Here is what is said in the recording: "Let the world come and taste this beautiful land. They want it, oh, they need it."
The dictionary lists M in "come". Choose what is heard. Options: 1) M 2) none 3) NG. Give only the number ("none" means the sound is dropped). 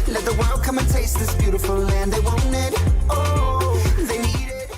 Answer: 1